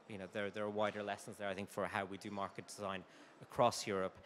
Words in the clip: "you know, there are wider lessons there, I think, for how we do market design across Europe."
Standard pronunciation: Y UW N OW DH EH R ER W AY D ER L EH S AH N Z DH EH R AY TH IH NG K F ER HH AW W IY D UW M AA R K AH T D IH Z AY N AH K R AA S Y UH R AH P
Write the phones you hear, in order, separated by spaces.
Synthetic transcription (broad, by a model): Y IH N OW DH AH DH ER W AY D ER L EH S AH N Z DH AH R AY TH IH NG K F ER HH AW W IY D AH M AA R K AH T D IH Z AY N AH K R AA S Y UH R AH P